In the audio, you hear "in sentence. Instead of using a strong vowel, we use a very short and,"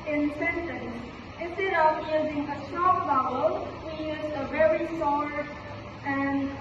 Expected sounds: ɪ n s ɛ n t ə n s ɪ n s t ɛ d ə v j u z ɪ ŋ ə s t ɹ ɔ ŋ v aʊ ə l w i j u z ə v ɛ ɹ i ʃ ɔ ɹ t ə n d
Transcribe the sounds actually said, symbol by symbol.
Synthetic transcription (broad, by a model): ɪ n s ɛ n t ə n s ɪ n s t ɛ d ə v j u z ɪ ŋ ə s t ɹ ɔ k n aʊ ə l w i j u z ə v ɛ ɹ i s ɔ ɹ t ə n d